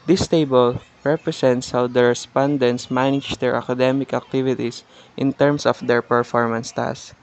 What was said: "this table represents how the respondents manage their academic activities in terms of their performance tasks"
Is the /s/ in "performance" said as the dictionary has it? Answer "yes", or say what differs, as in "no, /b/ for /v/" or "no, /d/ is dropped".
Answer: yes